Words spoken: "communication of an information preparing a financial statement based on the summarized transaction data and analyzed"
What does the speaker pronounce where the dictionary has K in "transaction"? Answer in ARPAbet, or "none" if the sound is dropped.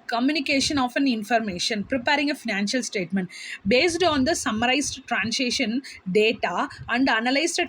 none